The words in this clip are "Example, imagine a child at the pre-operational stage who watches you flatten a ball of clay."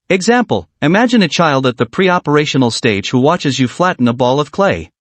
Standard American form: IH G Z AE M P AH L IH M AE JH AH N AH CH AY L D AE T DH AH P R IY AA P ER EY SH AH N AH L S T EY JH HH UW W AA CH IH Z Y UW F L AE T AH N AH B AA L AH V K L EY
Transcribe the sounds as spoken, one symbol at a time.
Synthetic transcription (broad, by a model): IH G Z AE M P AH L IH M AE JH AH N AH CH AY L D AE T DH AH P R IY AA P ER EY SH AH N L S T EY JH HH UW W AA CH IH Z Y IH F L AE T N AH B AA L AH V K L EY